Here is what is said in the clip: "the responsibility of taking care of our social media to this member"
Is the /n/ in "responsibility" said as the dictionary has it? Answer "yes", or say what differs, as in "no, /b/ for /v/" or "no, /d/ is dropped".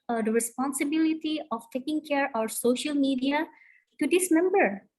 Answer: yes